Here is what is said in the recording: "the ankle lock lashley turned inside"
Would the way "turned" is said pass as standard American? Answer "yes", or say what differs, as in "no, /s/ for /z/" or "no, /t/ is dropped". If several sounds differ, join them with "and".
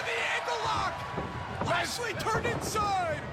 no, /d/ is dropped